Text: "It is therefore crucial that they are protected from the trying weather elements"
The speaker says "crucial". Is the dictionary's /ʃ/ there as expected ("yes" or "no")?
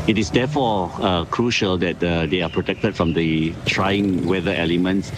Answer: yes